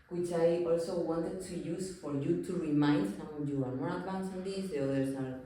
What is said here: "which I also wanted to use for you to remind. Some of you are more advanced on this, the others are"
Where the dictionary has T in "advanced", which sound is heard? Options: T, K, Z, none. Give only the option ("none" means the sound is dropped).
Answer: none